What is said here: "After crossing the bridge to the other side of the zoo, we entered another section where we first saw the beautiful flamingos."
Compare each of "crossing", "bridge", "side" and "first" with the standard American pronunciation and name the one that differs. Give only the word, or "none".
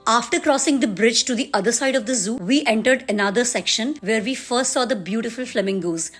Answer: none